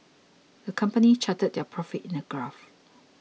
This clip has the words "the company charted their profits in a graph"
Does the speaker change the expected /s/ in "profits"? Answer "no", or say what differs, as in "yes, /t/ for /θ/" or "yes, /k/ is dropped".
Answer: yes, /s/ is dropped